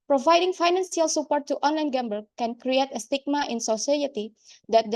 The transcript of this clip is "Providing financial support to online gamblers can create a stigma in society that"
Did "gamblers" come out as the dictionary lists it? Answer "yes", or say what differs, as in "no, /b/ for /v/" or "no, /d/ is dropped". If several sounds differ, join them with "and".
no, /l/ is dropped and /z/ is dropped